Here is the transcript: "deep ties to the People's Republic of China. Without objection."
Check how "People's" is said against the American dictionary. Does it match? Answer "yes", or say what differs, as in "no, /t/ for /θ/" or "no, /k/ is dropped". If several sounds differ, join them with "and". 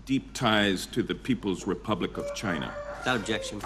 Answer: yes